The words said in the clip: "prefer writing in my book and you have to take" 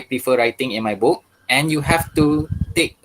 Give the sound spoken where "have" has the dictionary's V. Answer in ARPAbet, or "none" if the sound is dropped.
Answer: F